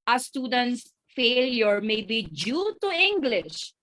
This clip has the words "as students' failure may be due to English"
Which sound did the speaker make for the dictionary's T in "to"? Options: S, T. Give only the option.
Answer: T